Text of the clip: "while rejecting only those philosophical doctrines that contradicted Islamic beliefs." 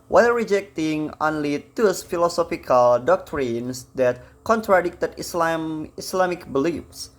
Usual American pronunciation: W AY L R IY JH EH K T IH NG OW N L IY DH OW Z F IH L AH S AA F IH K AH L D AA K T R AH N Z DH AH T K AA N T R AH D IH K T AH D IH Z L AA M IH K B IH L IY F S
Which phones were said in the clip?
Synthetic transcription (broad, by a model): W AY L R IY JH EH K T IH NG OW N L IY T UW S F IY L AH S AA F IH K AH L D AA K T R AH N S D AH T K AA N T R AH D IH K T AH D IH S L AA M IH K B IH L IY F S